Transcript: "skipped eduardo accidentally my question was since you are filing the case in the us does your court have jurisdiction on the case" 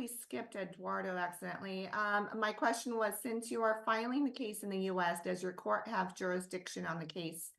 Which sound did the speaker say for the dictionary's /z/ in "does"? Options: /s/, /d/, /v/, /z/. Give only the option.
/z/